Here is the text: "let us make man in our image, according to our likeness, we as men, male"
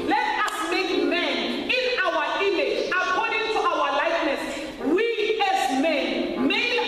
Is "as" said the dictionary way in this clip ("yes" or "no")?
no